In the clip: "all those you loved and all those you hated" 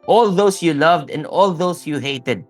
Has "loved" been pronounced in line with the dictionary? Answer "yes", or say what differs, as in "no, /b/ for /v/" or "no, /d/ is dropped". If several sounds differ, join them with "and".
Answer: yes